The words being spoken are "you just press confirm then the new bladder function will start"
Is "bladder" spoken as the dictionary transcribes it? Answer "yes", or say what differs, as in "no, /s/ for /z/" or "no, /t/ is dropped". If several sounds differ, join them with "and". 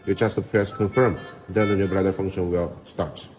no, /l/ is dropped